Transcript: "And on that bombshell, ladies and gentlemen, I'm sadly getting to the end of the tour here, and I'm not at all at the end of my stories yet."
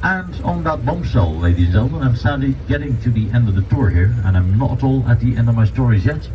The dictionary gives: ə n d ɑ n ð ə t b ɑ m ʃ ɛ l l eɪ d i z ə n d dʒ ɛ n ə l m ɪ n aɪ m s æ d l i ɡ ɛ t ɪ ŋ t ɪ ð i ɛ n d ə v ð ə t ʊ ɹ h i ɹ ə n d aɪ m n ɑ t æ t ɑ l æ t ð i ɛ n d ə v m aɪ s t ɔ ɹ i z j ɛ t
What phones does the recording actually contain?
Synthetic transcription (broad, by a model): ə n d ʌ n ð ə t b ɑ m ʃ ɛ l l eɪ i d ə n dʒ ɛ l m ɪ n aɪ m s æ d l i ɡ ɛ t ɪ ŋ t ɪ ð i ɛ n d ə v ð ə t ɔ ɹ h i ɹ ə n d aɪ m n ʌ t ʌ t ɑ l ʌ t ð i ɛ n d ə v m aɪ s t ɔ ɹ i z j ɛ t